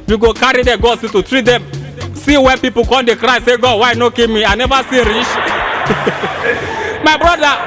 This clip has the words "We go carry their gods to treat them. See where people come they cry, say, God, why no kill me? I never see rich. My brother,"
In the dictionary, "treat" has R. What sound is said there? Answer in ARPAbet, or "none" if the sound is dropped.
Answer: R